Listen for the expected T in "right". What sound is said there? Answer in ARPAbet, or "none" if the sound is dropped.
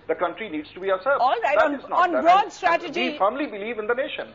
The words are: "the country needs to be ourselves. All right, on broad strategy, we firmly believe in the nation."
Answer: none